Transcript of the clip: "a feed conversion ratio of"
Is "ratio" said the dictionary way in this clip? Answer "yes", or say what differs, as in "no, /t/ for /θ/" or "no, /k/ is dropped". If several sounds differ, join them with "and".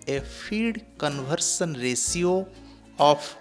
no, /s/ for /ʃ/